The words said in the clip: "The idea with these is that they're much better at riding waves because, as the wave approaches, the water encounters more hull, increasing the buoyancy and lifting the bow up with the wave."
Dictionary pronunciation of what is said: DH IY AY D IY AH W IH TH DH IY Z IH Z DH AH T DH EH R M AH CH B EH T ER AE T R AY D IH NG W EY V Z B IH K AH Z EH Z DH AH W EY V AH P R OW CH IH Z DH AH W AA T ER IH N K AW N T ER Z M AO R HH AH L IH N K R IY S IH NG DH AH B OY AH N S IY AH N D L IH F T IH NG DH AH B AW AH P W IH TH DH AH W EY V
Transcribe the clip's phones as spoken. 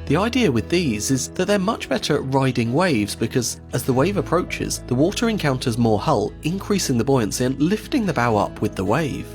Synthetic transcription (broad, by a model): DH IY AY D IY AH W IH DH IY Z IH Z DH AH T DH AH R M AH CH B EH T ER R AY D IH NG W EY V Z B IH K AH Z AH Z DH AH W EY V AH P R OW CH IH Z DH AH W AA T ER IH N K AW N T ER Z M AO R HH AH L IH N K R IY S IH NG DH AH B OY AH N S IY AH N L IH F T IH NG DH AH B AW AH P W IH DH AH W EY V